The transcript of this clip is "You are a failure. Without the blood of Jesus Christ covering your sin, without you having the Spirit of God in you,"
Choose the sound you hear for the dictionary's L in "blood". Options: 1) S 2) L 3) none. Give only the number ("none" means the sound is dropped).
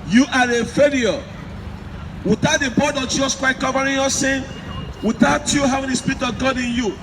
3